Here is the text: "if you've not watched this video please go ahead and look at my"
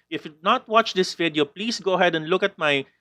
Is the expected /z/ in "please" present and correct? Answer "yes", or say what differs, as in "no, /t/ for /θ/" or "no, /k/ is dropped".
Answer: no, /s/ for /z/